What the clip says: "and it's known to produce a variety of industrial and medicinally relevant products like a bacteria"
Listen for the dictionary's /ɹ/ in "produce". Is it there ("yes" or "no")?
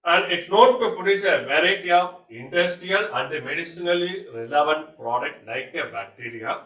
no